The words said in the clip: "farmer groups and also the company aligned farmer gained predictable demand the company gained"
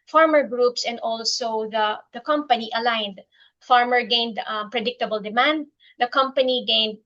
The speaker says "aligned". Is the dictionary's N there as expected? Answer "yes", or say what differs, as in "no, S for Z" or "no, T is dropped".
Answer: yes